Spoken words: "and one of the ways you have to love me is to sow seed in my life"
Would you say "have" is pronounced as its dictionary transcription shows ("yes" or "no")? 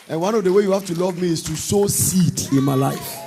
no